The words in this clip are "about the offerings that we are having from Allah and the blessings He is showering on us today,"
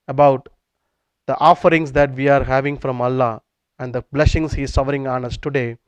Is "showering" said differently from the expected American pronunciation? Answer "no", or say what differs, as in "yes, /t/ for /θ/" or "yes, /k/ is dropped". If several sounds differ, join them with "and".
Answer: yes, /s/ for /ʃ/